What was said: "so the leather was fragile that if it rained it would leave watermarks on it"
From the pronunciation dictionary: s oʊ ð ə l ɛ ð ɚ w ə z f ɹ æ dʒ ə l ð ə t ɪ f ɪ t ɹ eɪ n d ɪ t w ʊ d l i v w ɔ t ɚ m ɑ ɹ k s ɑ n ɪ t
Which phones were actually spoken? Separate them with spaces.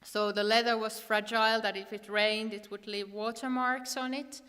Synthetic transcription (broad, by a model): s oʊ ð ə l ɛ ð ɚ w ə z f ɹ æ dʒ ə l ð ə t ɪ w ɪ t ɹ eɪ n d ɪ t w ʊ d l i v w ɔ t ɚ m ɑ ɹ k s n ɪ t